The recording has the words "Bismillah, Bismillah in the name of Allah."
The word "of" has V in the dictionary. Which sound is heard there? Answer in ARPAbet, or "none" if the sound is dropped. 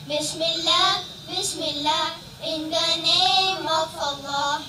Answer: F